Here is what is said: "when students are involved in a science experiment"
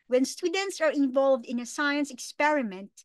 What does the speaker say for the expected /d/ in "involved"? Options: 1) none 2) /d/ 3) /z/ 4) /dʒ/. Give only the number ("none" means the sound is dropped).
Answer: 2